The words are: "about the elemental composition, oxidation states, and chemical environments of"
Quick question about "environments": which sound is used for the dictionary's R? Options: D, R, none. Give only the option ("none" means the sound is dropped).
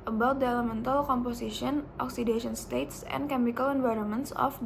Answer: R